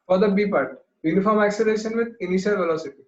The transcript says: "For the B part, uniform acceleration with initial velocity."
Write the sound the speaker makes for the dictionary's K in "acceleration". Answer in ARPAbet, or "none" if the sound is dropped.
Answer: none